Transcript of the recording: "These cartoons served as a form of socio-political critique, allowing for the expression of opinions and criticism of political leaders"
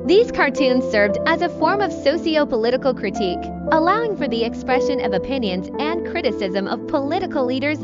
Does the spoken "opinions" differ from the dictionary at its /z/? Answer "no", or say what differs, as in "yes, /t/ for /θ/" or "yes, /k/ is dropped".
no